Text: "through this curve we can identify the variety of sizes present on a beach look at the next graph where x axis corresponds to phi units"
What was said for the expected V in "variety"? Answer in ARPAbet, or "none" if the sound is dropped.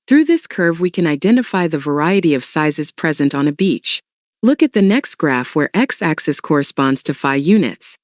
V